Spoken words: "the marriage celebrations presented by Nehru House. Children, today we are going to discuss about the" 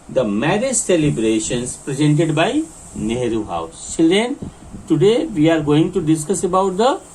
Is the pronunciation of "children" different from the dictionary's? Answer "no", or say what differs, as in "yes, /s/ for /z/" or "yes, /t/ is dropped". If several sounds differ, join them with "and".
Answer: yes, /ɹ/ is dropped